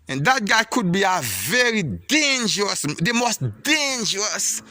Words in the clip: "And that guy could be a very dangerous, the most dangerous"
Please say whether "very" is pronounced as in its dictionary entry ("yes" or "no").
yes